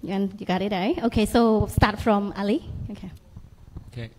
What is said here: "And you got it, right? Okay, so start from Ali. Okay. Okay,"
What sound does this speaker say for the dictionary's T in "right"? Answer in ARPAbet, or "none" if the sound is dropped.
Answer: none